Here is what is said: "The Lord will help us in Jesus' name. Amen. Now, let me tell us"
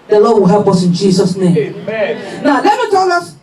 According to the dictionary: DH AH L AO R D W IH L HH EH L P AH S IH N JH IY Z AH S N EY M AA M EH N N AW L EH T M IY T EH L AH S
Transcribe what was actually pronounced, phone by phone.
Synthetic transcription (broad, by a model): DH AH L AO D W IH L HH EH L P AH S IH N JH IY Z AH S N EY AA M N N AW L EH T M IY T EH L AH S